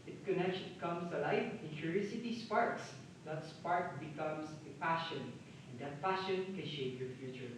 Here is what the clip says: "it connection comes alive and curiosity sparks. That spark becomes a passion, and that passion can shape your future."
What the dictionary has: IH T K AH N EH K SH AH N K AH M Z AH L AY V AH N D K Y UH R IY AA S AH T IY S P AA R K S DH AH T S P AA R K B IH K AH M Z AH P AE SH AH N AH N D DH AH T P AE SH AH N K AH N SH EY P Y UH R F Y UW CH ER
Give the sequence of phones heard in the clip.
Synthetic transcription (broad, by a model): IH T K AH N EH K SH K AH M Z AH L AY F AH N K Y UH R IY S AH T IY S P AA R K S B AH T S P AA R K B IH K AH M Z AH P AE SH AH N AH N D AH T P AE SH AH N K AH N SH EY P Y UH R F Y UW CH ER